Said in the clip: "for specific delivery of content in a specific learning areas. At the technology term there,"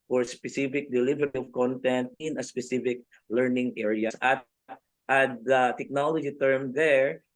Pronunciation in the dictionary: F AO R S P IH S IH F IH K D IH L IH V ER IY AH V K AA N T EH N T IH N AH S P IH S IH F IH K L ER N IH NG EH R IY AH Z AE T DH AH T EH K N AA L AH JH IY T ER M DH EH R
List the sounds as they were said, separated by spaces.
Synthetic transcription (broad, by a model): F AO R S P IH S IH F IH K D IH L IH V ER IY AH V K AA N T EH N T IH N AH S P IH S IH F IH K L ER N IH NG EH R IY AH S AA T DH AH T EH K N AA L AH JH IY T ER M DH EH R